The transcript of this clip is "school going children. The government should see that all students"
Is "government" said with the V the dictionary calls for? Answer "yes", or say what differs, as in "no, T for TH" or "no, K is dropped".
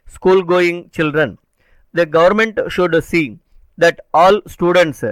yes